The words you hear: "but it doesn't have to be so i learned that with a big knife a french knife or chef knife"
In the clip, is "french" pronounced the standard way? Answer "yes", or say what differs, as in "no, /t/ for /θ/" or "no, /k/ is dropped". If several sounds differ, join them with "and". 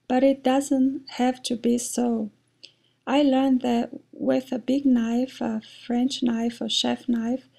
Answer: yes